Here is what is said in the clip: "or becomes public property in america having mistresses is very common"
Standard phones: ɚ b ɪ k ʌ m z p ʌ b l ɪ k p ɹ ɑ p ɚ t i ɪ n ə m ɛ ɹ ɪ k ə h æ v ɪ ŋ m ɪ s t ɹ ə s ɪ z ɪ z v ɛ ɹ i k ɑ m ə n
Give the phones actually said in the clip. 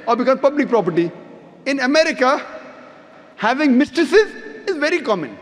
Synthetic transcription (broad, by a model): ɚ b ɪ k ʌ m p ʌ b l ɪ k p ɹ ɑ p ɚ t i ɪ n ə m ɛ ɹ ɪ k ə h æ v ɪ ŋ m ɪ s t ɹ ə s ɪ z ɪ z v ɛ ɹ i k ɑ m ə n